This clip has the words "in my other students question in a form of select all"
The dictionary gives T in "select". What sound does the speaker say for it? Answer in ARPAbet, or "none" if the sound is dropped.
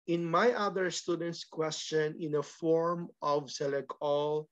none